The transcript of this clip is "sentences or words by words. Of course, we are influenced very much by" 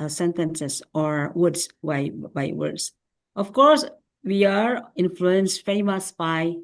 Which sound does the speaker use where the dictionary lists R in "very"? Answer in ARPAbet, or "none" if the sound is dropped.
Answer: none